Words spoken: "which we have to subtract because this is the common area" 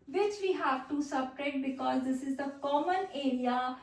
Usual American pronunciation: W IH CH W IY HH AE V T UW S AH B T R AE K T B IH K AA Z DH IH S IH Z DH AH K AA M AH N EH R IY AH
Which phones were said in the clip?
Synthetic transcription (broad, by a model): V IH CH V IY HH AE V T UW S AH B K R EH T B IH K AA Z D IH S IH Z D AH K AA M AH N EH R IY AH